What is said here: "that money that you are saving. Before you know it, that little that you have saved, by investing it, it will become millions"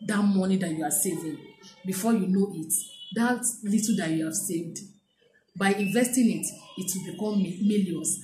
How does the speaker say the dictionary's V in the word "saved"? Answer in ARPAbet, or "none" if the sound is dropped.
V